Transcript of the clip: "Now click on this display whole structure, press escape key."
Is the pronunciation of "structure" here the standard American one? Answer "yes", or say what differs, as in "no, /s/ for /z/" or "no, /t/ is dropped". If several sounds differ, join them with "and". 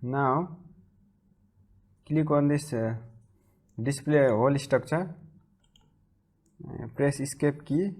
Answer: no, /ɹ/ is dropped and /s/ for /tʃ/